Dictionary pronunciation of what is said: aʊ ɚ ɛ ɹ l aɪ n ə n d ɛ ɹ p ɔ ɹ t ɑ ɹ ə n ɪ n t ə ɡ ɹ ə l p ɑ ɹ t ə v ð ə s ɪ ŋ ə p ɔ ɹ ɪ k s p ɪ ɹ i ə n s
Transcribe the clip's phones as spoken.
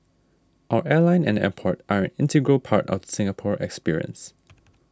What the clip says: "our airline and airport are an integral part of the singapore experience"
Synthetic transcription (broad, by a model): aʊ ɚ ɛ ɹ l aɪ n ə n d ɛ p ɔ ɹ t ɑ ɹ ə n ɪ n t ə ɡ ɹ ə l p ɑ ɹ t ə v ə s ɪ ŋ ə p ɔ ɹ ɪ k s p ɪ ɹ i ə n s